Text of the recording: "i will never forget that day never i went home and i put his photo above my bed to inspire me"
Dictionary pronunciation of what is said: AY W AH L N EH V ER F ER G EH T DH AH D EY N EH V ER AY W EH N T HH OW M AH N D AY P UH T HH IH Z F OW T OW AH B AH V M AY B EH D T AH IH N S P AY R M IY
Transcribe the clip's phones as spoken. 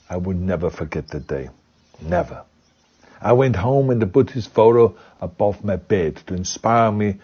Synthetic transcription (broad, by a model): AY W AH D N EH V ER F ER G EH T DH AH D EY N EH V ER AY W EH N T HH OW M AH N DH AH B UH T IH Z F OW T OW AH B AH V M AY B EH D T AH IH N S P AY R M IY